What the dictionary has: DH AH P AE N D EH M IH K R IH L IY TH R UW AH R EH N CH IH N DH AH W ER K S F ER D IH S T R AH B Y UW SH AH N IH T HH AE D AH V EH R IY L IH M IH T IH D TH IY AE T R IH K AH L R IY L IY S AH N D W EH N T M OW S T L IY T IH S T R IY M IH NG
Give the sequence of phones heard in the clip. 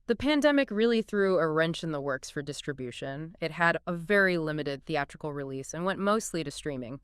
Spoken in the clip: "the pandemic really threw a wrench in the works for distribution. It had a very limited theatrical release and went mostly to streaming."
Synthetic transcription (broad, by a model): DH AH P AE N D EH M IH K R IH L IY TH R UW AH R EH N CH IH N DH AH W ER K S F ER D IH S T R AH B Y UW SH AH N IH T HH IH D AH V EH R IY L IH M IH T IH D TH IY AE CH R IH K L R IY L IY S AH N W EH N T M OW S T L IY T IH S T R IY M IH NG